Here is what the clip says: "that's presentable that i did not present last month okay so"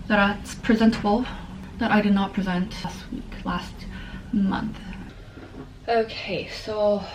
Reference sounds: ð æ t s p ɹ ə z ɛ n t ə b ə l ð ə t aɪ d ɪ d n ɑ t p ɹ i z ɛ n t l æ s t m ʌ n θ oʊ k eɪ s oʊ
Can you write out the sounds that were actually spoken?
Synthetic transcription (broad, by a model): ð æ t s p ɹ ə z ɛ n t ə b l ð ə t aɪ d ɪ d n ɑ t p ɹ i z ɛ n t l æ s t m ʌ n θ oʊ k eɪ s oʊ